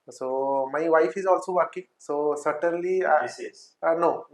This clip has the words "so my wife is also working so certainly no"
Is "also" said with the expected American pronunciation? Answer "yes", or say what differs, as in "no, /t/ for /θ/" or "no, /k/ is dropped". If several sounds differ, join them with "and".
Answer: yes